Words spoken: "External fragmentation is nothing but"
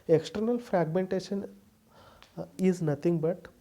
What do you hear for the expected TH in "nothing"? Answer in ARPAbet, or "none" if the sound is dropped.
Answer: T